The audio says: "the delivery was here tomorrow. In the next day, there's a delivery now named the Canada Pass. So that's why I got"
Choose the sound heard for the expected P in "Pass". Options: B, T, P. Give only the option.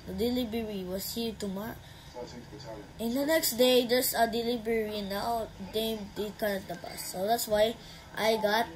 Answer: B